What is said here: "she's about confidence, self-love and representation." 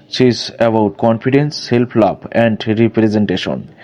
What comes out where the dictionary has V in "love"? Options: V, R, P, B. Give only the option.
B